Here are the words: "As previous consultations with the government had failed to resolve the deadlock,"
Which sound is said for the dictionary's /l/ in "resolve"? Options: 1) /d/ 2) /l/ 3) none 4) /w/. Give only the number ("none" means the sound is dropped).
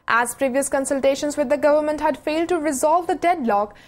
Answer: 2